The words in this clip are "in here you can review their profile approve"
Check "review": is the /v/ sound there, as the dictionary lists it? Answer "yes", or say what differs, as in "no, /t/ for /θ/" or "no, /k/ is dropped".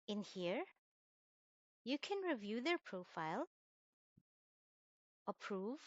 yes